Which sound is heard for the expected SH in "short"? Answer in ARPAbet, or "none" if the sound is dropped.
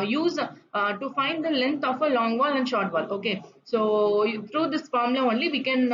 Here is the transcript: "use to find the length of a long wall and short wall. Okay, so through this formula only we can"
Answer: SH